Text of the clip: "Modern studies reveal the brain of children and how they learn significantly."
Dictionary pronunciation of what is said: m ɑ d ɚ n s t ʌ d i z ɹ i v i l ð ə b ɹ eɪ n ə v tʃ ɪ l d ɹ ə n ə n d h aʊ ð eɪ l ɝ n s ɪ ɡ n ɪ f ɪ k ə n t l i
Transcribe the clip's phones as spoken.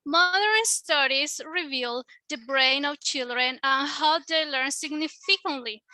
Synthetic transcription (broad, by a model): m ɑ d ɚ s s t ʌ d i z ɹ i v i l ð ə b ɹ eɪ n ə v tʃ ɪ l d ɹ ə n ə n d h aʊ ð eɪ l ɝ n s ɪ ɡ n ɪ f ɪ k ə n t l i